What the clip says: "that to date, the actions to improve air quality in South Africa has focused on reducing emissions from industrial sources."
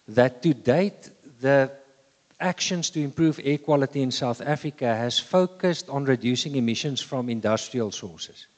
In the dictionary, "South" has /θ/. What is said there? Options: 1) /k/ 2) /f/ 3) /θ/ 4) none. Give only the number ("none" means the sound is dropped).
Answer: 3